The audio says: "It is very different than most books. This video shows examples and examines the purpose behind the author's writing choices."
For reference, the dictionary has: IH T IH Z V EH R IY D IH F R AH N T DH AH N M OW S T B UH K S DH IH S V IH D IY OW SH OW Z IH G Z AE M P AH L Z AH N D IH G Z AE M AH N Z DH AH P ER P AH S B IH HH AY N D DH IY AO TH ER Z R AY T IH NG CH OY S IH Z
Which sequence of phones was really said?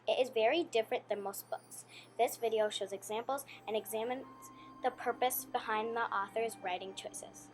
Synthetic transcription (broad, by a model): IH T IH Z V EH R IY D IH F R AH N DH AH N M OW S T B UH K S DH IH S V IH D IY OW SH OW Z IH G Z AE M P L Z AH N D IH G Z AE M AH N Z DH AH P ER P AH S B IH HH AY N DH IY AO TH ER Z R AY T IH NG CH OY S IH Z